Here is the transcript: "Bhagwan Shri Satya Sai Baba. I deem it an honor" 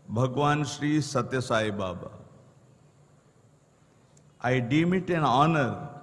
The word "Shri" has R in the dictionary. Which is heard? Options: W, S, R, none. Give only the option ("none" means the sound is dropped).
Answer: R